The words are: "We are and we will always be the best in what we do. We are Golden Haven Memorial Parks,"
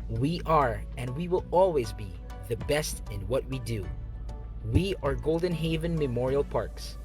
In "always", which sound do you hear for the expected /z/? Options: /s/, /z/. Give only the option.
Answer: /z/